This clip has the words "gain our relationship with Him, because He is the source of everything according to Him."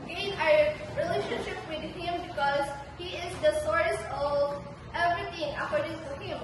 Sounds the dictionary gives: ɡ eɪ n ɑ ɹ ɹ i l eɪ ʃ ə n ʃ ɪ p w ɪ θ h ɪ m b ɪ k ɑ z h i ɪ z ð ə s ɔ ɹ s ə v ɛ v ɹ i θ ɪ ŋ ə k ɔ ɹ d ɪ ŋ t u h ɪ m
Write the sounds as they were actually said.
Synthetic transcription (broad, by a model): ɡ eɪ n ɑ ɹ ɹ i l eɪ ʃ ə n ʃ ɪ p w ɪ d h ɪ m b ɪ k ɑ z h i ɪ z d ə s ɔ ɹ s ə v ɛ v ɹ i t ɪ ŋ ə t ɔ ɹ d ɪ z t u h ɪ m